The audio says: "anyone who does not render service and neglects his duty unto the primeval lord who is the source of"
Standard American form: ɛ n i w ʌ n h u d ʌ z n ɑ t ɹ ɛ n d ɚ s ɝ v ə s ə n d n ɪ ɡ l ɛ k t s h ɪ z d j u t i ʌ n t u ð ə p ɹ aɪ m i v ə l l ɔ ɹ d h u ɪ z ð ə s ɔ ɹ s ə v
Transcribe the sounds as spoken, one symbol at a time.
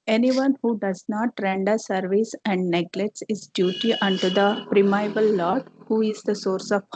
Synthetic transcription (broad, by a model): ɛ n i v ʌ n h u d ʌ z n ɑ t ɹ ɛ n d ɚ s ɝ v ə s ə n d n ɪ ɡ l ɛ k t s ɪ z d j u t i ʌ n t u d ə p ɹ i m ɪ b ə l l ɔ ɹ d h u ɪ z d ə s ɔ ɹ s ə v